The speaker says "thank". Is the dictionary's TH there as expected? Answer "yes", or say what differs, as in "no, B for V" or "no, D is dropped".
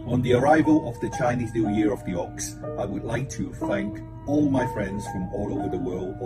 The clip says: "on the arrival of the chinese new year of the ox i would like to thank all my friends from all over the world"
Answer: yes